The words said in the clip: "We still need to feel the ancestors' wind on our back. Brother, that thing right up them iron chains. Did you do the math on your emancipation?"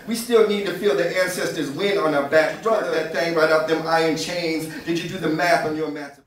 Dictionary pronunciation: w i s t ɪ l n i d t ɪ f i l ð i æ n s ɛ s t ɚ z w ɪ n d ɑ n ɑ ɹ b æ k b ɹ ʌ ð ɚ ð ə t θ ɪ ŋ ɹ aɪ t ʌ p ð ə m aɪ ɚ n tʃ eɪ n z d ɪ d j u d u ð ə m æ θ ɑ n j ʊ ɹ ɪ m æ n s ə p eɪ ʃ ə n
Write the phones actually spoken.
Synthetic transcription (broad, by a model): w i s t ɪ l n i d t ɪ f i l ð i æ n s ɛ s t ɚ z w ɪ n ɑ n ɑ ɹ b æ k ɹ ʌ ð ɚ ð ə t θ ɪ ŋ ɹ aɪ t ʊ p ð ə m aɪ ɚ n tʃ eɪ n z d ɪ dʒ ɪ d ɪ ð ə m æ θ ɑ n j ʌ ɹ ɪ m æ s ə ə